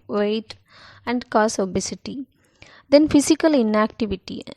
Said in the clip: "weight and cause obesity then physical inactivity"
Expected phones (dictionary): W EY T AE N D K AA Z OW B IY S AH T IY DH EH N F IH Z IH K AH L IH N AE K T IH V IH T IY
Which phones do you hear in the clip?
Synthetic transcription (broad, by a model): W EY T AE N D K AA S OW B IY S AH T IY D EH N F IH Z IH K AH L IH N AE K T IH V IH T IY